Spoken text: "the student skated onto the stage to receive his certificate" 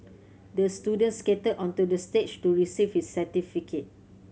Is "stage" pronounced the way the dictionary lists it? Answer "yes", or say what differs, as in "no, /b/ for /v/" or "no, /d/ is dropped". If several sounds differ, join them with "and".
no, /tʃ/ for /dʒ/